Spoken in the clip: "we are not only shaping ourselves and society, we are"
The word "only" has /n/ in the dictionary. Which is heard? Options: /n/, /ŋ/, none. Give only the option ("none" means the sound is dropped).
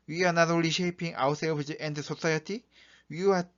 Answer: none